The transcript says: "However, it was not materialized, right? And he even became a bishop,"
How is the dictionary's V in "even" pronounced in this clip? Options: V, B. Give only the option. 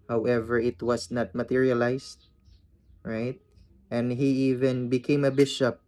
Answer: V